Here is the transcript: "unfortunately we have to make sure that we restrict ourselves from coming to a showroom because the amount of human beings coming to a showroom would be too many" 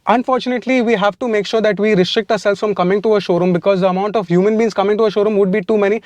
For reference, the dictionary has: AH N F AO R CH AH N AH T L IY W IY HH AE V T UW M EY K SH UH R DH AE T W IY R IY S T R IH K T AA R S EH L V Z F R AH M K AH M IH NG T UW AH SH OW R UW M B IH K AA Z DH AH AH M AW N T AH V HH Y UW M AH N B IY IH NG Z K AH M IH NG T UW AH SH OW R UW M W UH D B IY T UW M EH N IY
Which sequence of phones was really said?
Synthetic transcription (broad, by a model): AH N F AO R CH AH N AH T L IY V IY HH AE V T UW M EY K SH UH R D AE T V IY R IY S T R IH K T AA R S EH L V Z F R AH M K AH M IH NG T UW AH SH OW R UW M B IH K AA Z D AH AH M AW N T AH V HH Y UW M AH N B IY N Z K AH M IH NG T UW AH SH OW R UW M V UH D B IY T UW M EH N IY